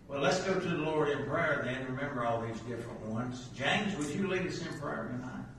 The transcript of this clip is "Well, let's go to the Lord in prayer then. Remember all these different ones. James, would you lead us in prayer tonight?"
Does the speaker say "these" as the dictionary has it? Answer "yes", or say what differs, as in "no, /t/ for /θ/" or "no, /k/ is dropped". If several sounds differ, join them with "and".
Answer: yes